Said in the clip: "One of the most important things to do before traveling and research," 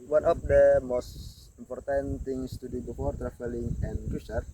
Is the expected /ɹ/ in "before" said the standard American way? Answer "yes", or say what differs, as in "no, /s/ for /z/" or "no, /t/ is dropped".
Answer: yes